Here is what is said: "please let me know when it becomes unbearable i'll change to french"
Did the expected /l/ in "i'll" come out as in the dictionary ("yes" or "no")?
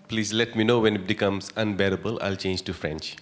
yes